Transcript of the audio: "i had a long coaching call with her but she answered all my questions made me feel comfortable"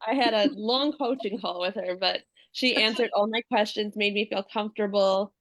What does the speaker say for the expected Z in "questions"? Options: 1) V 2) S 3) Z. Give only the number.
3